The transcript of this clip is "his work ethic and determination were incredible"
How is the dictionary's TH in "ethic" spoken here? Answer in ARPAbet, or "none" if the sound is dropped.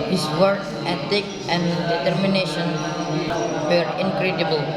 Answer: T